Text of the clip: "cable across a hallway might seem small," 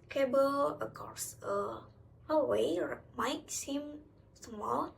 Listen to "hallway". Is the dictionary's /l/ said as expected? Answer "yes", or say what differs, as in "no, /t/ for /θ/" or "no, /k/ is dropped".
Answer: no, /l/ is dropped